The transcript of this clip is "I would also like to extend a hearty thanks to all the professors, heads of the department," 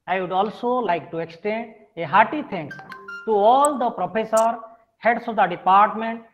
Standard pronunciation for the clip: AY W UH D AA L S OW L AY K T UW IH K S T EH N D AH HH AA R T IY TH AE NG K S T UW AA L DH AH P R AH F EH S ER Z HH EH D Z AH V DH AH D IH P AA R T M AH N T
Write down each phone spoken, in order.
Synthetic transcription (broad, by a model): AY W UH D AA L S OW L AY K T UW IH K S T EH N D AH HH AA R T IY T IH NG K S T UW AA L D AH P R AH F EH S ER HH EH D S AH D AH D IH P AA R T M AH N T